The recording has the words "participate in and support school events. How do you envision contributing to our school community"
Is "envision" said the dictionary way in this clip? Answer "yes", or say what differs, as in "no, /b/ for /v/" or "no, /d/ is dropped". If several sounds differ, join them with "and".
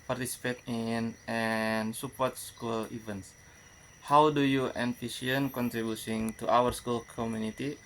no, /s/ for /ʒ/